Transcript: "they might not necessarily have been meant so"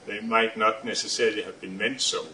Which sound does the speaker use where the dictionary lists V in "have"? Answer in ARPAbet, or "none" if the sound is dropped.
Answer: V